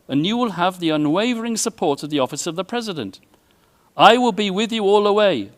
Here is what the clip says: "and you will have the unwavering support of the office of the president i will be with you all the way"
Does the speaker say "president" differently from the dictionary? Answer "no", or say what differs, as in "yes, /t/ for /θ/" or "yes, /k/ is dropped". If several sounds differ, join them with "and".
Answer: no